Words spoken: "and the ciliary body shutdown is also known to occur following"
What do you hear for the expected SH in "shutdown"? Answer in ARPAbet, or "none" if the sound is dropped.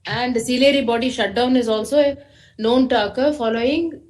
SH